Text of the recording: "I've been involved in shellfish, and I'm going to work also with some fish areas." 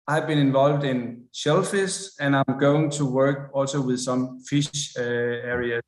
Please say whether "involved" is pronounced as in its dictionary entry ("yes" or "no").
yes